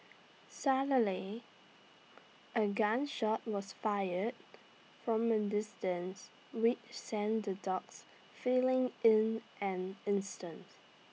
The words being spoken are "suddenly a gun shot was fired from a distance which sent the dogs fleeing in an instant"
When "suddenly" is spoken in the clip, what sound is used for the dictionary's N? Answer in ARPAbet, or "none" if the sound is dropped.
none